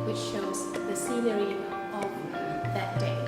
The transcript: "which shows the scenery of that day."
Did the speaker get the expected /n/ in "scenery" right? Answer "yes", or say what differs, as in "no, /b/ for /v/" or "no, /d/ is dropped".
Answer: no, /l/ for /n/